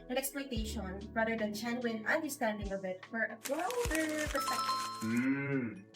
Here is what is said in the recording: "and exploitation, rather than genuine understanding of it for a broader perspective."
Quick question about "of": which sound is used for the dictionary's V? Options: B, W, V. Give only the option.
B